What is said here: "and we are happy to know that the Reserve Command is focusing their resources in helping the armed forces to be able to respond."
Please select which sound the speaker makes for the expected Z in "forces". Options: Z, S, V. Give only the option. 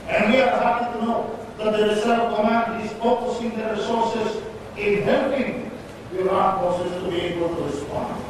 S